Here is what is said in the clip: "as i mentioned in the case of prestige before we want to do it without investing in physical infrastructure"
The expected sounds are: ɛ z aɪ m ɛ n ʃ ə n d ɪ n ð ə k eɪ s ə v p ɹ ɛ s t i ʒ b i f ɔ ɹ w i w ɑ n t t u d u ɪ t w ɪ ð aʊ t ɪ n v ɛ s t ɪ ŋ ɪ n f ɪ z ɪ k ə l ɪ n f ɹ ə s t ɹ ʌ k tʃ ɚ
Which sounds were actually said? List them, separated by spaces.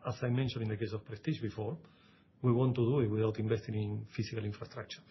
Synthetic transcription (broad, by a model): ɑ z aɪ m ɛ n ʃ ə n ɪ n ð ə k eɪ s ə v p ɹ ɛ s t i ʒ b i f ɔ ɹ w i w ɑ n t t u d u ɪ t w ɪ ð aʊ t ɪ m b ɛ s t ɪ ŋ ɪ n f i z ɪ k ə l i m f ɹ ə s t ɹ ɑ k tʃ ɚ